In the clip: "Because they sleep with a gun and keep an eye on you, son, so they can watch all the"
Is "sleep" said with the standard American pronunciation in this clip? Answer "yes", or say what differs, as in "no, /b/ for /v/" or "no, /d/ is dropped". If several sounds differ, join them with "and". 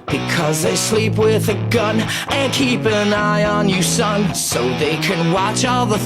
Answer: yes